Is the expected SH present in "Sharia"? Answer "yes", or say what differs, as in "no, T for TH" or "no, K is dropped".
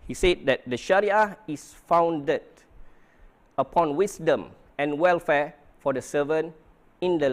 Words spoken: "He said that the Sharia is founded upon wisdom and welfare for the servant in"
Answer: yes